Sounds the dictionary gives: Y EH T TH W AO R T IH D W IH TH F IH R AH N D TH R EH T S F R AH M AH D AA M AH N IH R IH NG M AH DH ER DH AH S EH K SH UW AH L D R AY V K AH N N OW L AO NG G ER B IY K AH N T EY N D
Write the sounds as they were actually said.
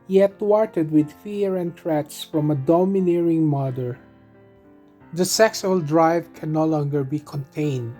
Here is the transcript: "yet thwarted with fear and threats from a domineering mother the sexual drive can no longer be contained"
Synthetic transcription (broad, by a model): Y EH T W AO R T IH D W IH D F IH R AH N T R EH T S F R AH M AH D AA M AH N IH R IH NG M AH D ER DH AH S EH K S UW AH L D R AY V K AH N N OW L AO NG G ER B IY K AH N T EY N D